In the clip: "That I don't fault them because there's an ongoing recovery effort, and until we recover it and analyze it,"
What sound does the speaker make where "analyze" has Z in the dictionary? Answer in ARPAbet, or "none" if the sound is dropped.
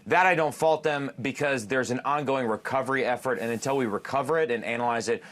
Z